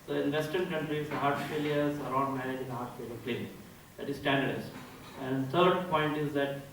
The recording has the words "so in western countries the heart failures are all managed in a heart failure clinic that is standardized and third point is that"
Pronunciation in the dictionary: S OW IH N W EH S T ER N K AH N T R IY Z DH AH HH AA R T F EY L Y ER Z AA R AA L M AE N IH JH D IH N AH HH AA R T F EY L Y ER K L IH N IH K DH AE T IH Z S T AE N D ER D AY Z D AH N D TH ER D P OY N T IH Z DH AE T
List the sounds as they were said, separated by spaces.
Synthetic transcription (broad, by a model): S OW IH N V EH S T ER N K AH N T R IY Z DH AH HH AA R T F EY L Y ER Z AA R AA N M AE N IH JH IH N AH HH AA R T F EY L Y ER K L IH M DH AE T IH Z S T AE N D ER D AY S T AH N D T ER D P OY N T IH Z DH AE T